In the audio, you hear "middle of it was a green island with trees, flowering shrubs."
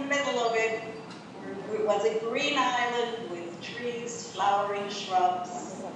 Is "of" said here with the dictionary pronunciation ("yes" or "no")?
no